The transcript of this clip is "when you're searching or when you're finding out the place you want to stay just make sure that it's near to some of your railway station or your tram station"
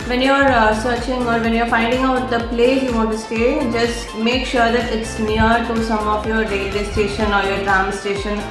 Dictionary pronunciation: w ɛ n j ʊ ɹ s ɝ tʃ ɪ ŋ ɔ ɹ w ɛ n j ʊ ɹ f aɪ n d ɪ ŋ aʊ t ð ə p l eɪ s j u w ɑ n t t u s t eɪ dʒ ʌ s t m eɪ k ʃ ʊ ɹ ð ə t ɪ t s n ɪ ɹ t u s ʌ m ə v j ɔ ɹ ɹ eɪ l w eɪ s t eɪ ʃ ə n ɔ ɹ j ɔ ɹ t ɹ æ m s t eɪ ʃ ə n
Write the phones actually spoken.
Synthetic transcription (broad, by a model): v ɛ n j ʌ ɹ s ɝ tʃ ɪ ŋ ɔ ɹ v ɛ n j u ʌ f aɪ n d ɪ ŋ aʊ t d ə p l eɪ j u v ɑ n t t u s t eɪ dʒ ʌ s t m eɪ k ʃ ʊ ɹ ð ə t ɪ t s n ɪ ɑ t u s ʌ m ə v j ɔ ɹ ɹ eɪ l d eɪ s t eɪ ʃ ə n ɔ ɹ j ɔ ɹ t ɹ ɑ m s t eɪ ʃ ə n